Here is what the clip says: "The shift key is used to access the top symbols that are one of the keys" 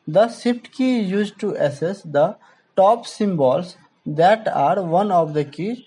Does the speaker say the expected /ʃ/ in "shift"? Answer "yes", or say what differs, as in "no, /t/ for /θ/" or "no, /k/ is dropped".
no, /s/ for /ʃ/